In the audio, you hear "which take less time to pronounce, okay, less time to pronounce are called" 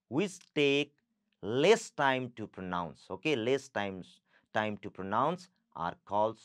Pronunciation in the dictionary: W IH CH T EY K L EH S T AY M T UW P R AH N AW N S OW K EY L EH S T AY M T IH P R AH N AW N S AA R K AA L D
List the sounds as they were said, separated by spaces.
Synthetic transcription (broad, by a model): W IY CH T EY K L EH S T AY M T UW P R AH N AW N S OW K EY L EH S T AY M T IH P R AH N AW N S AA R K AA L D